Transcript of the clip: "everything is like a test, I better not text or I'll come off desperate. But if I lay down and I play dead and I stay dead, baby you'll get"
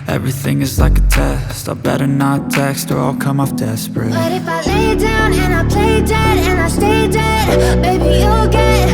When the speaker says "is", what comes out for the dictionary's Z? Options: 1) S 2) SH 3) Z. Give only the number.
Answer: 3